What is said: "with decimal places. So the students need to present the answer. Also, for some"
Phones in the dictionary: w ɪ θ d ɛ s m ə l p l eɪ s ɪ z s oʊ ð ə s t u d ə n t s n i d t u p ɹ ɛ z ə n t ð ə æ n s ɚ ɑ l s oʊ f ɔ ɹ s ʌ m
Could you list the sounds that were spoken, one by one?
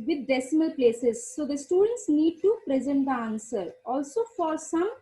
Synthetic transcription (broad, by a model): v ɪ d d ɛ s m ə l p l eɪ s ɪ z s oʊ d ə s t u d ə n t s n i d t u p ɹ ɛ z ə n t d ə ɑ n s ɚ ɑ l s oʊ f ɔ ɹ s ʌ m